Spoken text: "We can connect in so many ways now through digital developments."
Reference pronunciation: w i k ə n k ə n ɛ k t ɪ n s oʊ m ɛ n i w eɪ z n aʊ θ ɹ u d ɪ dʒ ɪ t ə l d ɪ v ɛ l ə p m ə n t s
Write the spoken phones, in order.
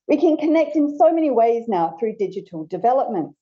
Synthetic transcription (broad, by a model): w i k ə n k ə n ɛ k t ɪ n s oʊ m ɛ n i w eɪ z n aʊ θ ɹ u d ɪ dʒ ɪ t ə l d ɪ v ɛ l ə p m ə n t